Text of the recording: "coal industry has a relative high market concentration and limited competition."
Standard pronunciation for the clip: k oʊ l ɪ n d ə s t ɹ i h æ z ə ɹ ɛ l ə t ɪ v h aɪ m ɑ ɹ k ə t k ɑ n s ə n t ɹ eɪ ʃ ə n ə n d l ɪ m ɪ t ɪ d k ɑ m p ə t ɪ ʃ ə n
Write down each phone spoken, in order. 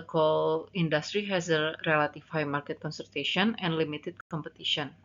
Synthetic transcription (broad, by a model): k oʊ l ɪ n d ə s t ɹ i h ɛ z ə ɹ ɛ l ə t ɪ f h aɪ m ɑ ɹ k ə t k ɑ n s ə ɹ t eɪ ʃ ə n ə n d l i m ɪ t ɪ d k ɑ m p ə t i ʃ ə n